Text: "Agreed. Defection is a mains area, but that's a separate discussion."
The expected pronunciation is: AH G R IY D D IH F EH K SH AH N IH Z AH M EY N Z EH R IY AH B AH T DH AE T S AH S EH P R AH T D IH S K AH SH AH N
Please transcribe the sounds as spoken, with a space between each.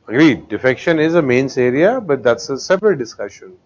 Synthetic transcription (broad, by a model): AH G R IY D D IH F EH K SH AH N IH Z AH M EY N S EH R IY AH B AH T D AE T S AH S EH P R AH T D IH S K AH SH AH N